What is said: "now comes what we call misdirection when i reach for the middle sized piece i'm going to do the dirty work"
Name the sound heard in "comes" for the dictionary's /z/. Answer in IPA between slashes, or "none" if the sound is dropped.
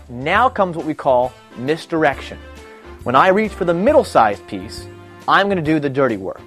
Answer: /z/